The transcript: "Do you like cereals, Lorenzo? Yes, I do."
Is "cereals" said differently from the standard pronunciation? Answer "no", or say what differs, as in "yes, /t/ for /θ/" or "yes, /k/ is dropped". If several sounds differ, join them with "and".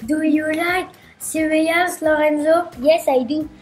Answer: yes, /l/ is dropped